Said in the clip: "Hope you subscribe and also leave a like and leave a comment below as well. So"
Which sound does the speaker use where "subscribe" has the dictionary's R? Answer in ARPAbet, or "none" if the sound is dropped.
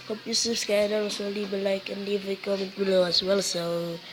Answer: none